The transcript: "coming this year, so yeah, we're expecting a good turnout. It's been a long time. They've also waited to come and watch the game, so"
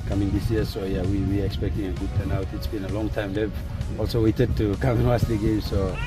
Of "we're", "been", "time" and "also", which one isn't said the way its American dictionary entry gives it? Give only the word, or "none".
we're